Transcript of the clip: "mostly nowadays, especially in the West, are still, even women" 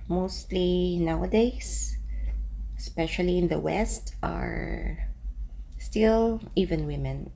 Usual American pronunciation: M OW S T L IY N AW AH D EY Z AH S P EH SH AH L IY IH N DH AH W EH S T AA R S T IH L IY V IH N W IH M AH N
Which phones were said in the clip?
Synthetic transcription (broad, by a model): M OW S T L IY N AW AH D EY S S P EH SH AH L IY IH N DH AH W EH S T AA R S T IH L IY V IH N W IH M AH N